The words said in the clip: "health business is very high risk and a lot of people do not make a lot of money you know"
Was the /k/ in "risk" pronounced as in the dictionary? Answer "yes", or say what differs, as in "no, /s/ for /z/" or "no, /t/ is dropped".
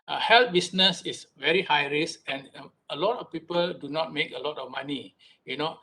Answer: no, /k/ is dropped